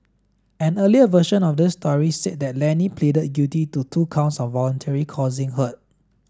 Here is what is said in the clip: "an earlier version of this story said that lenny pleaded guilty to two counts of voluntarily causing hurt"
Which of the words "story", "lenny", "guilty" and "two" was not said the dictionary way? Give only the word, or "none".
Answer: guilty